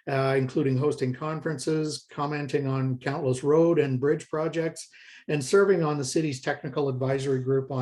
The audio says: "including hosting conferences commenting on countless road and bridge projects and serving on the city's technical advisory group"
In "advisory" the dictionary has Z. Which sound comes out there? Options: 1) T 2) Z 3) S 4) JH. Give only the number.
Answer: 2